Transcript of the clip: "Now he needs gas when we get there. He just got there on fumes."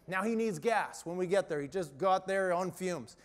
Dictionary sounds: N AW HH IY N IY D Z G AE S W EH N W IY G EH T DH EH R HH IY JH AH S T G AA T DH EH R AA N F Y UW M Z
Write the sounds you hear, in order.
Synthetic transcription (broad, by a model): N AW HH IY N IY D Z G AE S W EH N W IY G EH T DH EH R HH IY JH AH S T G AA T DH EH R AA N F Y UW M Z